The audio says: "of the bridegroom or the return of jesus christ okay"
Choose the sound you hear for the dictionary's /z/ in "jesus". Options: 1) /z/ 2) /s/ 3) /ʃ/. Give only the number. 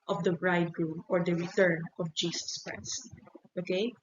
2